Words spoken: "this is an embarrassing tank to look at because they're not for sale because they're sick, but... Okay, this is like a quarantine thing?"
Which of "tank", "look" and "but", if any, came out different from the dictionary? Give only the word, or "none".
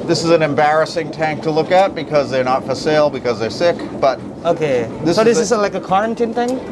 none